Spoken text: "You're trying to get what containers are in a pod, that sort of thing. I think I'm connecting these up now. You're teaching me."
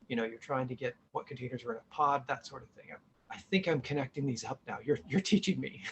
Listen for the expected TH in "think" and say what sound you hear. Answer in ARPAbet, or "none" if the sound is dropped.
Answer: TH